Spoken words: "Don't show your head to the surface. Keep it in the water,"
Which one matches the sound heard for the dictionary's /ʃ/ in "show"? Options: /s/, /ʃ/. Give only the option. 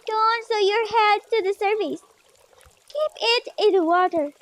/s/